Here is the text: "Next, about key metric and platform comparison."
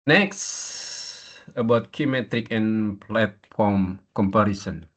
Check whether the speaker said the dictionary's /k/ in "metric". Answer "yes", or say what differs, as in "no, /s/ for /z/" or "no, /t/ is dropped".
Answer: yes